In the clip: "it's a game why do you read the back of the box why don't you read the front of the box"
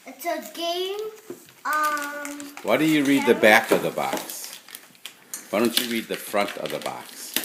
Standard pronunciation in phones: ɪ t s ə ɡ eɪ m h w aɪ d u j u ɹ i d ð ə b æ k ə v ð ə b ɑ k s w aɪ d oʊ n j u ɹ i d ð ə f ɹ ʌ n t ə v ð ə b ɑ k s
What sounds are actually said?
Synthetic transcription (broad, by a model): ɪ t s ə ɡ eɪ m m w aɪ d u j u ɹ i d ð ə b æ k ə v ð ə b ɑ k s w aɪ d oʊ n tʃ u ɹ i d ð ə f ɹ ʌ n t ə v ð ə b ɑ k s